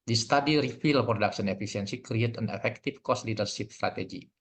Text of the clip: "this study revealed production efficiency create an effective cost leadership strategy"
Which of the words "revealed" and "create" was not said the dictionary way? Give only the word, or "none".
revealed